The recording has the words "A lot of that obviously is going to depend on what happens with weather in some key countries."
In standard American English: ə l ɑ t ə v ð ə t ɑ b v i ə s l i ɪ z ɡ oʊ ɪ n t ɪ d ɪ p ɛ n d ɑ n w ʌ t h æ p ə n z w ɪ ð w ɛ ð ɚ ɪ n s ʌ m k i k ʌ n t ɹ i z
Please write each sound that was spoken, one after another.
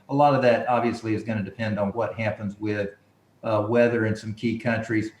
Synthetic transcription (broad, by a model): ə l ɑ t ə v ð ə t ɑ b v i ə s l i ɪ z ɡ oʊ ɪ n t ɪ d ɪ p ɛ n d n w ʌ t h æ p ə n z w ɪ ð w ɛ ð ɚ ɪ n s ʌ m k i k ʌ n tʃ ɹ i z